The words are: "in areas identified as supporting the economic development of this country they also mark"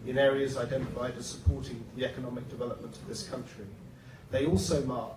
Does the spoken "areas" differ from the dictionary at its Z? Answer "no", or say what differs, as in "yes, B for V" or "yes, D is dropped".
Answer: no